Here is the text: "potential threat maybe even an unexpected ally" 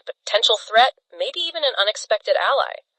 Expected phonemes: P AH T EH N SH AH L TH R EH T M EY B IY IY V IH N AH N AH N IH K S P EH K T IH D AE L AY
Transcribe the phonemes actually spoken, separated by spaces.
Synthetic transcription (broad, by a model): P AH T EH N SH L TH R EH T M EY B IY IY V IH N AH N AH N IH K S P EH K T IH D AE L AY